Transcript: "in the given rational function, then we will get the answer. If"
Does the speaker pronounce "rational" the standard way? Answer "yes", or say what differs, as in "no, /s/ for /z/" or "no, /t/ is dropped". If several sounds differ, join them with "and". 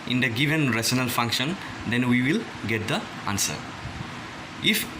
no, /s/ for /ʃ/